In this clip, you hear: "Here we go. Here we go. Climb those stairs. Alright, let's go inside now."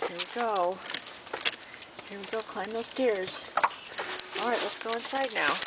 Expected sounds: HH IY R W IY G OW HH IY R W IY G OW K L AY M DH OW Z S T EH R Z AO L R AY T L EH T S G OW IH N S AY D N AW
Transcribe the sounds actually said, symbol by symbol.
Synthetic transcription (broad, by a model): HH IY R W IY G OW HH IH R W IY G OW K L AY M DH OW Z S T EH R Z AO L R AY T L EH T S G OW IH N S AY D N AW